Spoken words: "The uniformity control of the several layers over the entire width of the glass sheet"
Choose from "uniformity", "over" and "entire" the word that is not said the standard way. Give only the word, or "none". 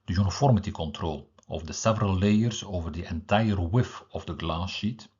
none